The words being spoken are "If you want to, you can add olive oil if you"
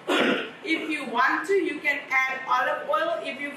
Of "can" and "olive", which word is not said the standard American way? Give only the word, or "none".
olive